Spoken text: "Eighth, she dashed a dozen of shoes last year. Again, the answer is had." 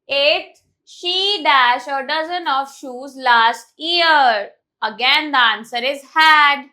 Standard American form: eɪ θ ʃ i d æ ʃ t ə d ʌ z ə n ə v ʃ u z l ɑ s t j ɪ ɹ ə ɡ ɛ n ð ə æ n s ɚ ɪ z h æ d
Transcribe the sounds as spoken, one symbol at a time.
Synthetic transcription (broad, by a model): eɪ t ʃ i d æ ʃ ə d ʌ z ə n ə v ʃ u z l ɑ s t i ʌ ɹ ə ɡ ɛ n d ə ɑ n s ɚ ɪ z h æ d